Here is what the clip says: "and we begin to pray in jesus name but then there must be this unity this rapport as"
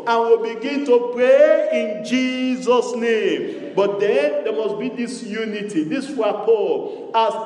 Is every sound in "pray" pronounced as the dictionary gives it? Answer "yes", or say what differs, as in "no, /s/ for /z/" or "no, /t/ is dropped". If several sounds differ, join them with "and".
yes